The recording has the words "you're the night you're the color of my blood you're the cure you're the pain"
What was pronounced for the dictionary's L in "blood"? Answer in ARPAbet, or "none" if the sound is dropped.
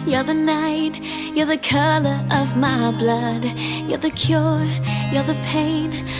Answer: L